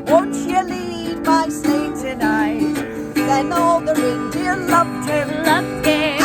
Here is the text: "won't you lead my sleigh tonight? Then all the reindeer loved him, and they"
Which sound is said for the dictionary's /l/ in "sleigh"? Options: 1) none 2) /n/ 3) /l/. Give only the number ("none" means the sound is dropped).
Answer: 1